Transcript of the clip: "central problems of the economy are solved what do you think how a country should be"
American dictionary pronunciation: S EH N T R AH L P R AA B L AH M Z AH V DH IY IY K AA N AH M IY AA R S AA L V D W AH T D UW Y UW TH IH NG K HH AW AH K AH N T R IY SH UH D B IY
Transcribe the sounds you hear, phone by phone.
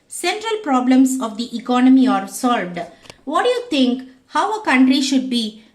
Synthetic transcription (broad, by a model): S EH N T R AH L P R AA B L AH M S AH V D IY IY K AA N AH M IY AA R S AA L V D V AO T D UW Y UW T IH NG K HH AW AH K AH N T R IY SH UH D B IY